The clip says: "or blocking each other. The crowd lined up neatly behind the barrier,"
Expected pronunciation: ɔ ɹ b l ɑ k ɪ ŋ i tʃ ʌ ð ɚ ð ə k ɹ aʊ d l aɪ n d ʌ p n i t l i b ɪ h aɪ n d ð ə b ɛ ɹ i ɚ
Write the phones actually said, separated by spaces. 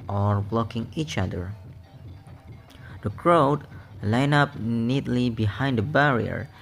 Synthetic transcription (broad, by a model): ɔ ɹ b l ɑ k ɪ ŋ i tʃ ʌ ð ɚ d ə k ɹ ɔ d l aɪ n ʌ p n i t l i b ɪ h aɪ n d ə b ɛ ɹ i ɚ